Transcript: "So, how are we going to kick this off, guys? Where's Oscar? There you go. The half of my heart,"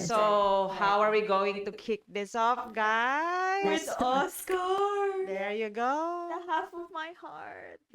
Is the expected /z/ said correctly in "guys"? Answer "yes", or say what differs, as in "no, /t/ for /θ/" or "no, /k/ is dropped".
no, /z/ is dropped